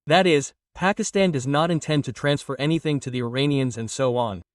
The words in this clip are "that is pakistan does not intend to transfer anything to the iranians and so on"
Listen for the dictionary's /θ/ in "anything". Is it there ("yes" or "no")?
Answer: yes